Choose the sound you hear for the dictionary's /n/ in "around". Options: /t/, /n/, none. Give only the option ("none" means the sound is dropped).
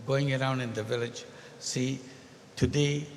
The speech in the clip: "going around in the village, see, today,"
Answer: /n/